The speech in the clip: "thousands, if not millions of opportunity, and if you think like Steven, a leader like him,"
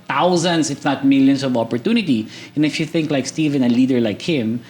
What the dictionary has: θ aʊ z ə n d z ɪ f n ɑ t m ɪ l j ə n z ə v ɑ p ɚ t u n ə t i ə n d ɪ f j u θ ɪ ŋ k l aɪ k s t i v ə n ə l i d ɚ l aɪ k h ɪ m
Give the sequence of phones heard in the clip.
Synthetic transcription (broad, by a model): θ aʊ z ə n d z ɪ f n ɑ t m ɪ l j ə n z ə v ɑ p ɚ t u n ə t i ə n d ɪ f j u θ ɪ ŋ k l aɪ k s t i v ə n ə l i d ɚ l aɪ k h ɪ m